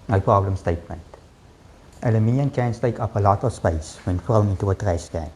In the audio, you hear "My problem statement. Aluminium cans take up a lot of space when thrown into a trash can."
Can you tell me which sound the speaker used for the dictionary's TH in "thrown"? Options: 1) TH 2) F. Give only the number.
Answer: 2